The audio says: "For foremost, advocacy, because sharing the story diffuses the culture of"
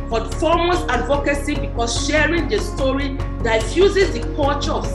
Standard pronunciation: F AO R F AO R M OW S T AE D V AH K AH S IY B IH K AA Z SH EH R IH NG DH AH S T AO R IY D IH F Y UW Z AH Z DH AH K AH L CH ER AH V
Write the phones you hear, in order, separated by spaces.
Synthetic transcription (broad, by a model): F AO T F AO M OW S AA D V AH K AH S IY B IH K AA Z SH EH R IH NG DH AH S T AO R IY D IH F Y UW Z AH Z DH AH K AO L CH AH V